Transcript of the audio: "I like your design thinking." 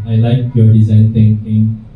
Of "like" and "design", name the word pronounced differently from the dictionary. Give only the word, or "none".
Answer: none